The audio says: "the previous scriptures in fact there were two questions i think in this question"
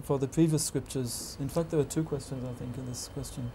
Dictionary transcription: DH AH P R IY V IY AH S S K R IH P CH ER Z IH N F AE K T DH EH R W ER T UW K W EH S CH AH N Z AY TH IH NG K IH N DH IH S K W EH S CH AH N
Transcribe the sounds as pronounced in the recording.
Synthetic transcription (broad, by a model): DH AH P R IY V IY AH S S K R IH P CH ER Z IH N F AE K T DH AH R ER T UW K W EH S CH AH N Z AY TH IH NG K IH N DH IH S K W EH S CH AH N